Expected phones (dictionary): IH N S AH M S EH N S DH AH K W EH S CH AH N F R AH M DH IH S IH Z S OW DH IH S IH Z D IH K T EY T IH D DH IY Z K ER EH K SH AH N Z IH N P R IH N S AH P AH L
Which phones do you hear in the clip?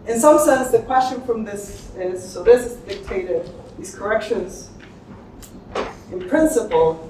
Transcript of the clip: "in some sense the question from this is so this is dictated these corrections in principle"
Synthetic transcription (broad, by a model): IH N S AH M S EH N S DH AH K W EH S CH AH N F R AH M DH IH S IH Z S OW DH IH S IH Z D IH K T EY T IH D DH IY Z K ER EH K SH AH N Z IH N P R IH N S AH P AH L